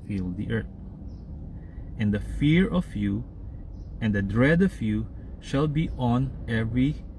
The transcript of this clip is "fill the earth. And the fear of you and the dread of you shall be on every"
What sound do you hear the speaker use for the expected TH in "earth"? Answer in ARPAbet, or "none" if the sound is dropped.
T